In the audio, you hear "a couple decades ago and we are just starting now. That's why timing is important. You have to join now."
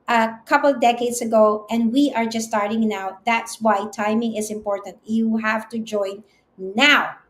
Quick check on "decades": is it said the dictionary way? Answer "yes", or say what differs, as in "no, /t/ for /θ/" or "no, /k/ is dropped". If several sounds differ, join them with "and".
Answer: no, /s/ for /z/